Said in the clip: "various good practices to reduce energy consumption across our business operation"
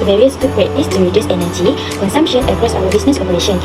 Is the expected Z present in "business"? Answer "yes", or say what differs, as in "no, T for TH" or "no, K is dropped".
no, S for Z